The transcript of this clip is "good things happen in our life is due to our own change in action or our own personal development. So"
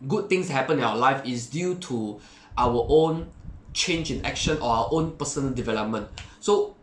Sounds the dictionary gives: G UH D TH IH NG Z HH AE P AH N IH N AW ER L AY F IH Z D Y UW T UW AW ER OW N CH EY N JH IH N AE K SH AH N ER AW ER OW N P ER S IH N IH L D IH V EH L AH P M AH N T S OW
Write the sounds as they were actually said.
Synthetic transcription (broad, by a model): G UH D T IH NG S HH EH P AH N IH N AW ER L AY F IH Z D Y UW T UW AW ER OW N CH EY N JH IH N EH K SH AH N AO AW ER OW N P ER S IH N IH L D IH V EH L AH P M AH N T S OW